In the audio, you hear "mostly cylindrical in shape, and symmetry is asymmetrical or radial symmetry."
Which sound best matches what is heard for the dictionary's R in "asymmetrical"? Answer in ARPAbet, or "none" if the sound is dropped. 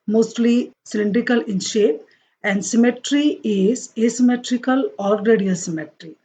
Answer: R